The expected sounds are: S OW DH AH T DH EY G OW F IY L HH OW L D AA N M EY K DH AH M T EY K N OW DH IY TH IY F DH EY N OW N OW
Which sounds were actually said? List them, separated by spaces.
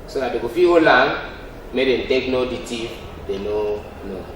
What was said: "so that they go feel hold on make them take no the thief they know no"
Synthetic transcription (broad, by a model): S OW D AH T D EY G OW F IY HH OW L AA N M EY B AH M T EY K N OW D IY T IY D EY N OW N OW